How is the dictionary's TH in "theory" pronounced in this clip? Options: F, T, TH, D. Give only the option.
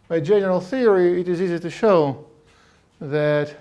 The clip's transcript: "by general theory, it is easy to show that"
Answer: TH